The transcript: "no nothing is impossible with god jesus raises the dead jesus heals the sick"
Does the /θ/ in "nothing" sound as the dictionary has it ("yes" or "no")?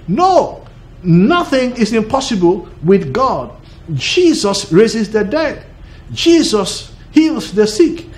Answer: yes